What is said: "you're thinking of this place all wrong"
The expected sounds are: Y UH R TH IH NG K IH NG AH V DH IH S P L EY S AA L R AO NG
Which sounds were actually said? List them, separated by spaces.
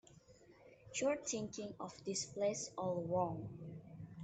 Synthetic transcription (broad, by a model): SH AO R T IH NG K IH NG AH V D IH S P L EY S AA L R AO NG